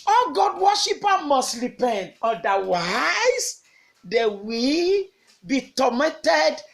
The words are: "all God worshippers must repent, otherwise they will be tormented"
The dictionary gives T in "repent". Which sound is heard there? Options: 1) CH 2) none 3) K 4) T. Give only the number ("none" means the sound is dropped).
2